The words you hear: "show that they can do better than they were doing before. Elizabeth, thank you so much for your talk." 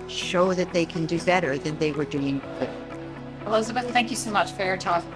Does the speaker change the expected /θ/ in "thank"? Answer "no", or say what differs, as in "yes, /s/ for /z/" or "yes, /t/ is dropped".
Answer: no